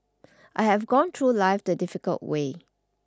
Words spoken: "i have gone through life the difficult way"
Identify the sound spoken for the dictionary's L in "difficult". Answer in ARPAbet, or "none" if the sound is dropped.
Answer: L